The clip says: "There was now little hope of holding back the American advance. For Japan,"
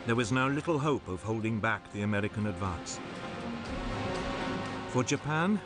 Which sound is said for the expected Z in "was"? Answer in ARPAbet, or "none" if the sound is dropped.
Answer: Z